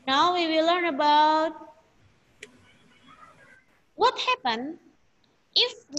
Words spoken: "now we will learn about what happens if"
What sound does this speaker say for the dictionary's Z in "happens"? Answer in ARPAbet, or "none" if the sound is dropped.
none